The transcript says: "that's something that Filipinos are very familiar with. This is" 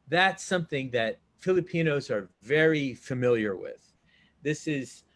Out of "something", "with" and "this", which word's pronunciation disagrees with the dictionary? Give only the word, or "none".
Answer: none